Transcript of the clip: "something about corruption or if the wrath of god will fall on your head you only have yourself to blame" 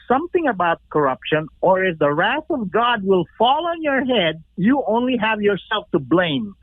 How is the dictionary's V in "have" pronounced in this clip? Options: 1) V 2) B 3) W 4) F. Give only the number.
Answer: 1